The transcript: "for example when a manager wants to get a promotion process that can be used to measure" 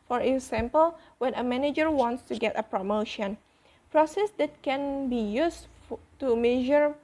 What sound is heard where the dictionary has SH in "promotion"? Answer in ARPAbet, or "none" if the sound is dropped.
SH